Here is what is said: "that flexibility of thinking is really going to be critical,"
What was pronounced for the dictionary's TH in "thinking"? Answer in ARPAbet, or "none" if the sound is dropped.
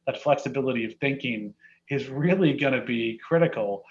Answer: TH